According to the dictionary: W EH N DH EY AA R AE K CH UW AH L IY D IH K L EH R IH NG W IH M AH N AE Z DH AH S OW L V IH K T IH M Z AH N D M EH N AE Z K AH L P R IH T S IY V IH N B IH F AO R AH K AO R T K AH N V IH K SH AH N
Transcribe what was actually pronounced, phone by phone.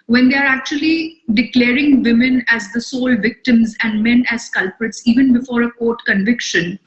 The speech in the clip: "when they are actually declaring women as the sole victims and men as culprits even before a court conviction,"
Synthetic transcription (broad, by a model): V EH N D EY AA R AE K CH UW AH L IY D IH K L EH R IH NG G IH M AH N AE Z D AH S OW L V IH K T IH M Z AH N D M EH N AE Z K AH L P R IH T S IY V IH N B IH F AO R AH K AO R T K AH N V IH K SH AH N